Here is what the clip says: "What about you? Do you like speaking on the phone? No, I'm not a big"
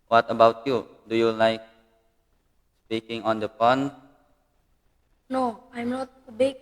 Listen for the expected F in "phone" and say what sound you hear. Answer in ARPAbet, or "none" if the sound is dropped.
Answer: P